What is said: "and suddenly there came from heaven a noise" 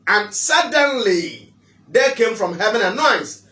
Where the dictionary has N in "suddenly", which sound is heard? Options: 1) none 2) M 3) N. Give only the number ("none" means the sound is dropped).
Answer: 3